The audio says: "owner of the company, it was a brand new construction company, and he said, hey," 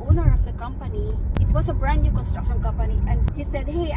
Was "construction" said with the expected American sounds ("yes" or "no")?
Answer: no